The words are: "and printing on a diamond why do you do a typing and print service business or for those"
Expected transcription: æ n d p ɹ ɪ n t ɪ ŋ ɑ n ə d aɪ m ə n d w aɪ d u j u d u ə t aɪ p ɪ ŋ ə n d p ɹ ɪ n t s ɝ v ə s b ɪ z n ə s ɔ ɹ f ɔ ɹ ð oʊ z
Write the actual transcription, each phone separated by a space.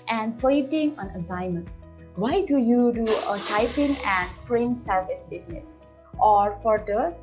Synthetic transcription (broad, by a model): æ n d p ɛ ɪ t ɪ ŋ ɑ n ə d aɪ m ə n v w aɪ d u j u d u ə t aɪ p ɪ ŋ ə n d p ɹ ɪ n s ɝ v ə s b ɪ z n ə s ɔ ɹ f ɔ ɹ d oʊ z